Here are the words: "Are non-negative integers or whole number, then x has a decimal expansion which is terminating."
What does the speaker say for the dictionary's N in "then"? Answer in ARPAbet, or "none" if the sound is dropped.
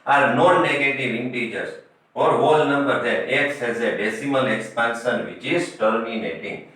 none